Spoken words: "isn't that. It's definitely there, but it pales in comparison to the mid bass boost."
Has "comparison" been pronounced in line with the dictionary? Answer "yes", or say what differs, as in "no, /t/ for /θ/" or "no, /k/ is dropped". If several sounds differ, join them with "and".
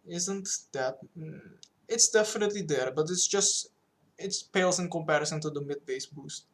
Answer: yes